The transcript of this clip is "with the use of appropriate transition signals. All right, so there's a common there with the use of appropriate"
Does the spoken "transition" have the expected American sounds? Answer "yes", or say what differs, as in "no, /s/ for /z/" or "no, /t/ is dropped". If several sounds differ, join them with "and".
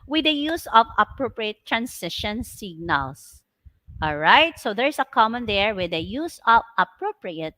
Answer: no, /s/ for /z/